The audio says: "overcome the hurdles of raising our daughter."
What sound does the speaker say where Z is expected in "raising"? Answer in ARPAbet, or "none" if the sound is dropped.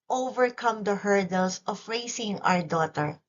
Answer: S